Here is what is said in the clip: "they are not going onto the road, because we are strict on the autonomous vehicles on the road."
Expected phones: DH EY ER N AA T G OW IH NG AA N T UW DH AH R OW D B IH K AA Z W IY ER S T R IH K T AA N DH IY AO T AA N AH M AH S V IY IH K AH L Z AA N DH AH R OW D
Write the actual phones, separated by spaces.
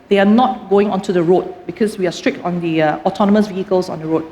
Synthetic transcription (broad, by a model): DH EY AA N AA T G OW IH NG AA N T UW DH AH R OW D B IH K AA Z W IY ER S T R IH K T AA N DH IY AO T AA N AH M AH S V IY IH K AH L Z AA N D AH R OW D